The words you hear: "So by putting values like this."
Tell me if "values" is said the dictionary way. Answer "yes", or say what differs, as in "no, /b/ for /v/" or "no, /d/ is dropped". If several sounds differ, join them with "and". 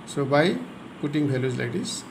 no, /b/ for /v/